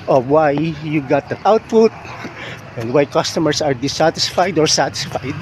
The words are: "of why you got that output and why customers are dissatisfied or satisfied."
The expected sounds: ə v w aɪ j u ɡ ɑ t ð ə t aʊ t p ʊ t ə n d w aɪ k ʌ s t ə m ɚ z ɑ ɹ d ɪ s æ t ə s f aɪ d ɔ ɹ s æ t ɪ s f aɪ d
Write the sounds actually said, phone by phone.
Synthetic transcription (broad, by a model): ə w aɪ j u ɡ ɑ t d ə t aʊ t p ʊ t ə n d w aɪ k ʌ s t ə m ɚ s ɑ ɹ d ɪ s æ t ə s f aɪ d ɔ ɹ s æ t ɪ s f aɪ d